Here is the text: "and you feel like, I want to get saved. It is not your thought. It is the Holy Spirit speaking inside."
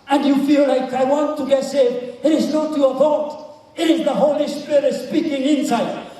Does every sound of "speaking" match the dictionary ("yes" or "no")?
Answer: yes